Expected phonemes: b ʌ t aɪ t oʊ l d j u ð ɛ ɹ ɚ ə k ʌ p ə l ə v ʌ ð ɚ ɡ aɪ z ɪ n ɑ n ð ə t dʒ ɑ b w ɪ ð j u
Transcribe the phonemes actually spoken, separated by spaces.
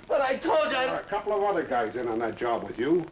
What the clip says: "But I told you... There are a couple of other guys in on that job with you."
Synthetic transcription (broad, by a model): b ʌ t aɪ t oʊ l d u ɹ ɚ ə k ʌ p l ə v ʌ ð ɚ ɡ aɪ z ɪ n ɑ n ð ə t dʒ ɑ b w ɪ ð j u